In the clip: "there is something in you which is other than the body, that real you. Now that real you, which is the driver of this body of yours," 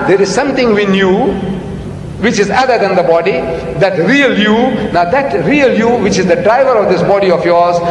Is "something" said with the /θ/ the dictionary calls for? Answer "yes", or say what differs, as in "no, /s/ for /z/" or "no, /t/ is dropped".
no, /t/ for /θ/